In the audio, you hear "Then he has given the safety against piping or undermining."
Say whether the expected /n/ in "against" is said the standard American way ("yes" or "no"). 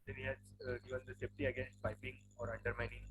yes